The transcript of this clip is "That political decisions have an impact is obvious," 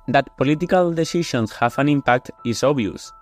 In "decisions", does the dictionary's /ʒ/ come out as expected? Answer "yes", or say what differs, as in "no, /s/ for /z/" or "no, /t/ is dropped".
no, /ʃ/ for /ʒ/